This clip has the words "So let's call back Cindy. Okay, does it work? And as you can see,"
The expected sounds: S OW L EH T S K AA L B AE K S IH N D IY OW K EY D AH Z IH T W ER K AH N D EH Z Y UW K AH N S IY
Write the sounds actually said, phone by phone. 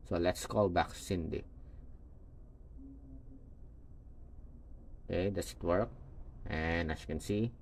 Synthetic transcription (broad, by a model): S OW L EH T S K AA L B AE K S IH N D IY OW K EY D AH S IH T W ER K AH N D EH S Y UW K AH N S IY